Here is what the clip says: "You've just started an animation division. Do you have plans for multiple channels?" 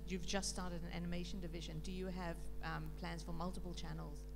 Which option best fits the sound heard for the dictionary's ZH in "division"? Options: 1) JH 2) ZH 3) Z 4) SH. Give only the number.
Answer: 2